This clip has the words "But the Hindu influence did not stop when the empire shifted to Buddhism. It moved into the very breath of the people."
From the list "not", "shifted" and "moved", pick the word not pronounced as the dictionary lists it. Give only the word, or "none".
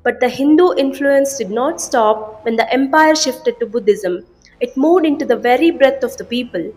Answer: moved